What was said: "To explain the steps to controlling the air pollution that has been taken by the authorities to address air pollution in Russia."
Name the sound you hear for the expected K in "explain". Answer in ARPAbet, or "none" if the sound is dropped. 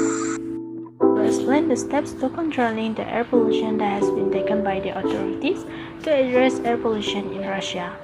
none